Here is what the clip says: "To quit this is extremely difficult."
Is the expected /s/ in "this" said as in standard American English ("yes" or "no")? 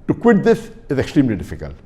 no